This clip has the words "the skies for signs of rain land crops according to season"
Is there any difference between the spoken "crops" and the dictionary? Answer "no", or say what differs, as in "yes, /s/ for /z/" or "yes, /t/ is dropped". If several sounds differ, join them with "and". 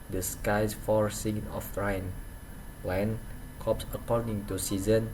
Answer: yes, /ɹ/ is dropped